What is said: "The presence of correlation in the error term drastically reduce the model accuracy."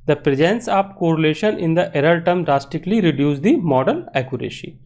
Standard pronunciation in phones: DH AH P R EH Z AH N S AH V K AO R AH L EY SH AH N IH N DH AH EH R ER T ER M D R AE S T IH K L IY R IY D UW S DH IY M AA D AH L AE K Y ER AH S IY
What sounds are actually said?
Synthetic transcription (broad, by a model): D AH P R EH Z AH N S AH P K AO R AH L EY SH AH N IH N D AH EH R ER T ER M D R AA S T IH K L IY R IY D UW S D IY M AA D AH L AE K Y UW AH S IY